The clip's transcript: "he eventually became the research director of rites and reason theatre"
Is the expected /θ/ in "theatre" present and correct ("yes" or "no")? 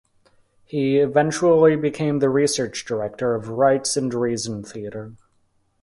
yes